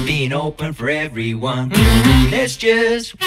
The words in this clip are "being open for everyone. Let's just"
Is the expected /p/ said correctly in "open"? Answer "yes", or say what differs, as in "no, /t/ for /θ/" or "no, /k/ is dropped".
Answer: yes